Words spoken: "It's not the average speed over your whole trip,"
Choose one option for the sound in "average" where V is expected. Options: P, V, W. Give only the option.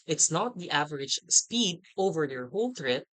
V